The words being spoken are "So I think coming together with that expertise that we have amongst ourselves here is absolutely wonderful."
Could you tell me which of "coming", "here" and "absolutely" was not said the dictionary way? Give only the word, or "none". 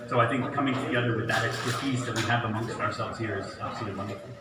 absolutely